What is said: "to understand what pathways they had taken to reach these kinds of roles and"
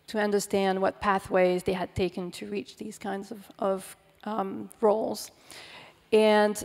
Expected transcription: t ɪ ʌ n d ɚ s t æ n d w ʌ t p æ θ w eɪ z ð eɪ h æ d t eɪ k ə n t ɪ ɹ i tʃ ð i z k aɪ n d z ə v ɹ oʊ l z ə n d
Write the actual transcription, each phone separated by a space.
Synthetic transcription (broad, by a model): t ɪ ʌ n d ɚ s t æ n d w ʌ t p æ θ w eɪ z ð eɪ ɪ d t eɪ k ə n t ɪ ɹ i tʃ ð i z k aɪ n d z ə v ɹ oʊ l z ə n